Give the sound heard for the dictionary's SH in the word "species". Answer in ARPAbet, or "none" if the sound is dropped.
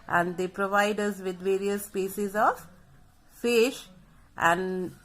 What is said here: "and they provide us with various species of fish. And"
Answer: S